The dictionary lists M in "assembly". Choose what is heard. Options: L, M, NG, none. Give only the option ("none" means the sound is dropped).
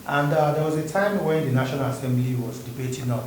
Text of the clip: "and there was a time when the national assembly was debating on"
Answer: M